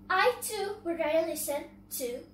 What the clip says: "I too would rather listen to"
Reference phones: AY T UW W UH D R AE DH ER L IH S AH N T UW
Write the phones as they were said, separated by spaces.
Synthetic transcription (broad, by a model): AY T UW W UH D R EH ER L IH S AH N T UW